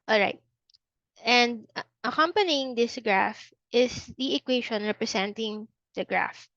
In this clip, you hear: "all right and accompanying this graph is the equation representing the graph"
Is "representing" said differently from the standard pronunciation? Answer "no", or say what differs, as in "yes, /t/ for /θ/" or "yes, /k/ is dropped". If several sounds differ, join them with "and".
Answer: yes, /s/ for /z/